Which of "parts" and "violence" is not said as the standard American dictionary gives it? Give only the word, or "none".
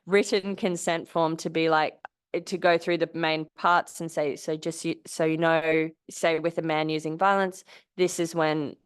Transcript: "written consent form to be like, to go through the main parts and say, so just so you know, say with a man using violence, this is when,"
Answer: none